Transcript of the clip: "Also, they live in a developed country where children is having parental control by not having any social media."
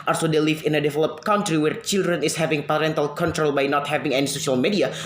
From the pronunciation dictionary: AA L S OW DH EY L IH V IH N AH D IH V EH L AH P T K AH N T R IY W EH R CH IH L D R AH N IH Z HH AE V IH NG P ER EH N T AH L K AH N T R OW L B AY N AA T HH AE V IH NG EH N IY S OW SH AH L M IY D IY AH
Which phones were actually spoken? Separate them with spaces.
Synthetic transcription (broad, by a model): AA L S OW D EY L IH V IH N AH D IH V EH L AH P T K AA N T R IY W EH R CH IH L D R AH N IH S HH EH V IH NG P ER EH N T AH L K AH N T R OW L B AY N AA T HH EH V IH NG EH N IY S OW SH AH L M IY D IY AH